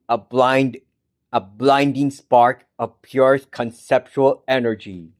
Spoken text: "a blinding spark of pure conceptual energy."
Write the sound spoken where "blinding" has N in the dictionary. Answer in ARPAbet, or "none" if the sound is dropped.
N